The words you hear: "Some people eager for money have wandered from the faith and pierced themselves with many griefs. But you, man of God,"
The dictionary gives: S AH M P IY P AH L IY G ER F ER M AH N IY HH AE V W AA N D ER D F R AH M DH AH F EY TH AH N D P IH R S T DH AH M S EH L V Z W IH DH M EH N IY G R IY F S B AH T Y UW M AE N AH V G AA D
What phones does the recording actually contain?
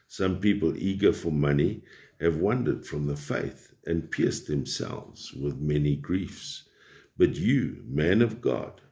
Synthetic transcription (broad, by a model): S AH M P IY P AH L IY G ER F ER M AH N IY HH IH V W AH N D ER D F R AH M DH AH F EY TH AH N P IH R S DH AH M S EH L V Z W IH DH M EH N IY G R IY F S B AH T Y UW M AE N AH V G AA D